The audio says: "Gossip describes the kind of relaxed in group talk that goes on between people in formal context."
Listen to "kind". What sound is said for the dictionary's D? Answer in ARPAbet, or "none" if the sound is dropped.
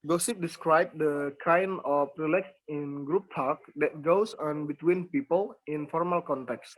none